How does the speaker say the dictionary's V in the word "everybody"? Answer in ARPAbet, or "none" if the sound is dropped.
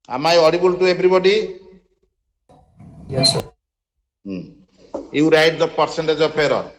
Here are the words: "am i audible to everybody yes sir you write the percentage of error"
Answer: B